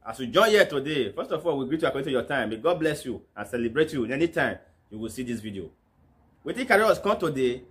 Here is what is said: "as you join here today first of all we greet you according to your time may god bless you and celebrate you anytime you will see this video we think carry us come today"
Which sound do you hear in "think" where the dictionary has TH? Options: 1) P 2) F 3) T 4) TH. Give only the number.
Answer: 3